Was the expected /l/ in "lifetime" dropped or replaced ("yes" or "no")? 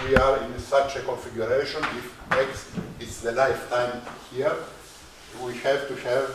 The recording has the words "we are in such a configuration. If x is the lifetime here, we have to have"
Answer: no